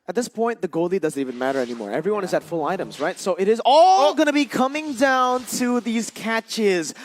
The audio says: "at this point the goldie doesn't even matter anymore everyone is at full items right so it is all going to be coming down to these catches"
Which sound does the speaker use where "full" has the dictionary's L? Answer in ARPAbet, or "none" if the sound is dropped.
L